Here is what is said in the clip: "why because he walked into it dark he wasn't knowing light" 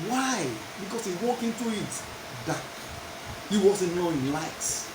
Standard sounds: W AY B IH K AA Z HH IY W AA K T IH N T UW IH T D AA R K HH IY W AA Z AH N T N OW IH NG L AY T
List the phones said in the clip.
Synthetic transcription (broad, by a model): W AY B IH K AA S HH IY W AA K IH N T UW IH T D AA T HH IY W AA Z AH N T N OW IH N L AY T